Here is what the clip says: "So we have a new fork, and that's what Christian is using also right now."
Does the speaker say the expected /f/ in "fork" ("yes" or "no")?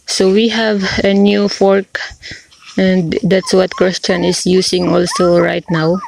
yes